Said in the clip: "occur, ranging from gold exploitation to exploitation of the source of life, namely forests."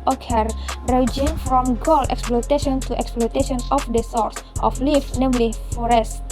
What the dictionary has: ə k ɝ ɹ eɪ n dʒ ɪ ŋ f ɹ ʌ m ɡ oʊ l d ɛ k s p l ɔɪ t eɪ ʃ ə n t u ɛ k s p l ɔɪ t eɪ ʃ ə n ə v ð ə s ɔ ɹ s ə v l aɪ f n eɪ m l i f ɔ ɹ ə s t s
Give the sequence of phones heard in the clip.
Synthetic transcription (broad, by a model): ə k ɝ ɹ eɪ dʒ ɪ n f ɹ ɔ m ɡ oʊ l ɛ k s p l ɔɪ t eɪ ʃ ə n t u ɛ k s p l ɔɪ t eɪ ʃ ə n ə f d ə s ɔ ɹ s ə f l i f n eɪ m l i f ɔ ɹ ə s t